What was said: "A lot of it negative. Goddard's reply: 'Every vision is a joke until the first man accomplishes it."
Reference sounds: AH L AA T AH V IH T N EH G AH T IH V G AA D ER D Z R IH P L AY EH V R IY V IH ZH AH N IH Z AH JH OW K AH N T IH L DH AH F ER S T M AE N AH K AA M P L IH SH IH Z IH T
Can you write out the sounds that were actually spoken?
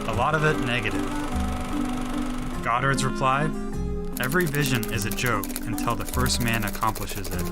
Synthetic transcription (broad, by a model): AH L AA T AH V IH T N EH G AH T IH V G AA D ER D Z R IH P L AY EH V R IY V IH ZH AH N IH Z AH JH OW K AH N T IH L DH AH F ER S T M AE N AH K AA M P L IH SH IH Z IH T